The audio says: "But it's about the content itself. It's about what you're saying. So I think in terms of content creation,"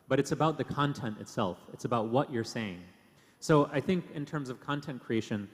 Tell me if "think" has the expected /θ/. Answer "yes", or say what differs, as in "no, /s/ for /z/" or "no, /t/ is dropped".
yes